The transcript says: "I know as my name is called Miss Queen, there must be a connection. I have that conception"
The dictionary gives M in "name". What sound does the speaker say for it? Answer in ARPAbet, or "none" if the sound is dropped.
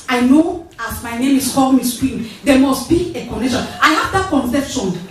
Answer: M